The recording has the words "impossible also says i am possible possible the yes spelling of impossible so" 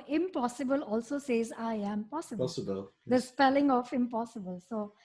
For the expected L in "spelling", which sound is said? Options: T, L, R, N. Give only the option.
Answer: L